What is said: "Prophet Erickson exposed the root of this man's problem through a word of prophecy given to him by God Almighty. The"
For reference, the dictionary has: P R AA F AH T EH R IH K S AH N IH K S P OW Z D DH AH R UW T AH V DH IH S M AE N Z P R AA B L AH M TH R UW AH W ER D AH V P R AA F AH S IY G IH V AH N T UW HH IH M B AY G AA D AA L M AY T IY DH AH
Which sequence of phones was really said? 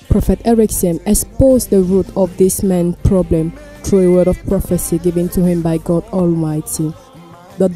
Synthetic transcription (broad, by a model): P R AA F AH T EH R IH K S AH N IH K S P OW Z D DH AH R UW T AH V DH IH S M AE N P R AA B L AH M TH R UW AH W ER D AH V P R AA F AH S IY G IH V AH N T UW HH IH M B AY G AA D AA L M AY T IY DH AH